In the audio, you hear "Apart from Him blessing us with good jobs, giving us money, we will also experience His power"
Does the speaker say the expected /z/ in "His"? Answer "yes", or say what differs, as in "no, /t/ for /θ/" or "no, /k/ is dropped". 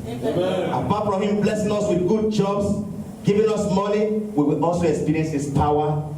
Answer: no, /s/ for /z/